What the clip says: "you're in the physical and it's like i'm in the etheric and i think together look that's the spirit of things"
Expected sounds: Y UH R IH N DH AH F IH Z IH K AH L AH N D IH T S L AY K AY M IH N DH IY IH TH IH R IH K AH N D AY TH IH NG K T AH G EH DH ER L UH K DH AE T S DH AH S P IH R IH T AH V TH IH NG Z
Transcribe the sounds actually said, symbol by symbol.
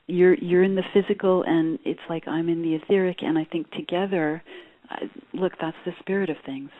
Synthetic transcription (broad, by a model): Y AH R IH N DH AH F IH Z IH K L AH N IH T S L AY K AY M IH N DH IY IH TH IH R IH K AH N AY TH IH NG K T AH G EH DH ER L UH K DH AE T S DH AH S P IH R IH T AH V TH IH NG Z